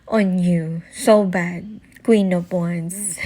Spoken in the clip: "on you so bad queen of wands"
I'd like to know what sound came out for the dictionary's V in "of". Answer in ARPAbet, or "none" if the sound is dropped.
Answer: P